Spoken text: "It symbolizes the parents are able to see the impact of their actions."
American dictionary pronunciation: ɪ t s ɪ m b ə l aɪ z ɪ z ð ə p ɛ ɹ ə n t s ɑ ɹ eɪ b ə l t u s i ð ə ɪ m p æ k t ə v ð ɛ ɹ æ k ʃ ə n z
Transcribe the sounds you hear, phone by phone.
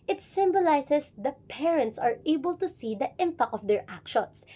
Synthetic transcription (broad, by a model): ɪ t s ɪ m b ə l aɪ s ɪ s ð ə p ɛ ɹ ə n t s ɑ ɹ eɪ b ə l t u s i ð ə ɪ m p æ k ə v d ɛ ɹ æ k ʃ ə n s